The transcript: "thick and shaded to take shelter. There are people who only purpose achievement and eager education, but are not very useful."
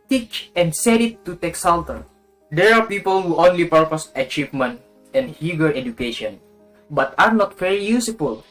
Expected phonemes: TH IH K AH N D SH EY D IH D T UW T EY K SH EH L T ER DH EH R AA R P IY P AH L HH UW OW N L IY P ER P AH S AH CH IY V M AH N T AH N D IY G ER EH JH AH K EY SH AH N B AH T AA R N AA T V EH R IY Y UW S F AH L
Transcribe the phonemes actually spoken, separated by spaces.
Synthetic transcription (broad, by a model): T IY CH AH N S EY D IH T UW T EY K S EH L T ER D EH R AA R P IY P AH L HH UW OW N L IY P ER P AH S AH CH IY V M AH N T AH N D IY G ER EH JH AH K EY SH AH N B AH T AA R N AA T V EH R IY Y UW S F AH L